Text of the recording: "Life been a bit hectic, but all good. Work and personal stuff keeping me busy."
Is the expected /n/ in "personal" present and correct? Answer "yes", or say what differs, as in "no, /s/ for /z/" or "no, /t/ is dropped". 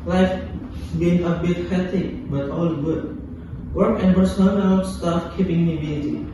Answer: no, /l/ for /n/